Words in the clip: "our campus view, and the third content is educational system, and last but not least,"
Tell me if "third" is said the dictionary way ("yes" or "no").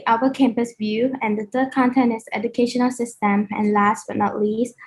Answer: no